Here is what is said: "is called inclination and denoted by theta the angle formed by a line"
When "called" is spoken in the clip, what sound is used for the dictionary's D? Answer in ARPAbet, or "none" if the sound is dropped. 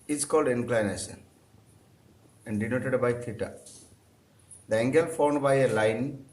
D